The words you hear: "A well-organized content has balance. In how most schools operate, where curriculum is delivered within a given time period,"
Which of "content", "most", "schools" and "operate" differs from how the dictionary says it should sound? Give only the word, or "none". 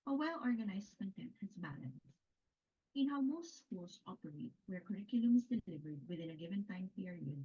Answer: schools